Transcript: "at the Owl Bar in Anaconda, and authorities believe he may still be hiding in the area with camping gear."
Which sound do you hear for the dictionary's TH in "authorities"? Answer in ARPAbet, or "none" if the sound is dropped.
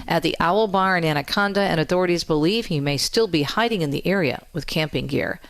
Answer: TH